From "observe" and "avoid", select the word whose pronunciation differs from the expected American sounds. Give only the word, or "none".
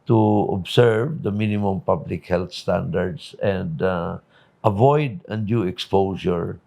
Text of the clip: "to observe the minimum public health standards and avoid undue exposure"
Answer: observe